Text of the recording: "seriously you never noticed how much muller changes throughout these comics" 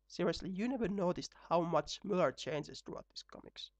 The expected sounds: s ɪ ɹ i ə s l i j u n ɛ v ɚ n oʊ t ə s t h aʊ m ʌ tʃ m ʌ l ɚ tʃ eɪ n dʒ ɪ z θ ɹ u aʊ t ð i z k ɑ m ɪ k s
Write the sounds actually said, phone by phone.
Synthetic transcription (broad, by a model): s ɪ ɹ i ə s l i j u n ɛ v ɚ n oʊ t ə s t h aʊ m ʌ tʃ m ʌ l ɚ tʃ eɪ n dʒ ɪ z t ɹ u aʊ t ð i s k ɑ m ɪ k s